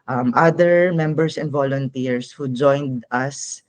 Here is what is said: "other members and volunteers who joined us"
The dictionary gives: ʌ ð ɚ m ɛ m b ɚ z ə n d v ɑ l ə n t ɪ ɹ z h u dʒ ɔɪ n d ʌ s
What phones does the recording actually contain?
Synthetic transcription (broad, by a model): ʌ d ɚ m ɛ m b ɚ s ə n d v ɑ l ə n t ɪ ɹ s h u dʒ ɔɪ n d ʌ s